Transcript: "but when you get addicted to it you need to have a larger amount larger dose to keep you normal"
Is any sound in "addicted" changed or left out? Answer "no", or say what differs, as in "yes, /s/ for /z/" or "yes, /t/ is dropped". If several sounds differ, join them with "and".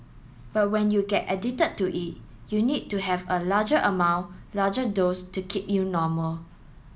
yes, /k/ is dropped